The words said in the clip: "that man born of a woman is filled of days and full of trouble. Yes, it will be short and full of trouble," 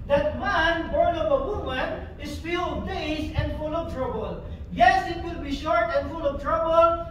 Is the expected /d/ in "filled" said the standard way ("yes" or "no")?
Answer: no